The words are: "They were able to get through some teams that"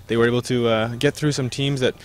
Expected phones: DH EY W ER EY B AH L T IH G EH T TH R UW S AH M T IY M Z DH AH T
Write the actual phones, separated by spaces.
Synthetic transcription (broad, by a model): DH EY W ER EY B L T IH G EH T TH R UW S AH M T IY M Z DH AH T